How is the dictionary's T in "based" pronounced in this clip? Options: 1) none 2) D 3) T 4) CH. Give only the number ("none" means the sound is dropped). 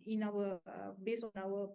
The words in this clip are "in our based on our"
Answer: 1